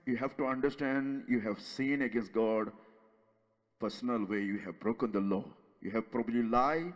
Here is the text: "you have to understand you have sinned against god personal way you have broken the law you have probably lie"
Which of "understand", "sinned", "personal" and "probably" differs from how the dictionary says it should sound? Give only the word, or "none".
sinned